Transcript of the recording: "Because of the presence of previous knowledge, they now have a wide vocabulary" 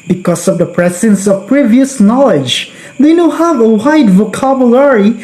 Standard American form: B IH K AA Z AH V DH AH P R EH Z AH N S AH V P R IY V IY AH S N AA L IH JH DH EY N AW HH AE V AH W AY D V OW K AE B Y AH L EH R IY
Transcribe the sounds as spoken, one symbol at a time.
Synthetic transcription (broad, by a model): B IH K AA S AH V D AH P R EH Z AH N S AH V P R IY V IY AH S N AA L IH JH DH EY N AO HH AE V AH W AY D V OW K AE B Y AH L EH R IY